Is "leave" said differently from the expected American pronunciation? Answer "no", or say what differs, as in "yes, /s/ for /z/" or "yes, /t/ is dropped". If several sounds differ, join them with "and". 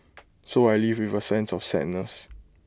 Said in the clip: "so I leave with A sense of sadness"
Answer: no